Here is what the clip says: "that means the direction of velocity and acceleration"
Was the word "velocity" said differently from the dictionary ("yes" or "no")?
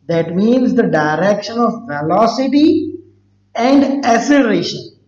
yes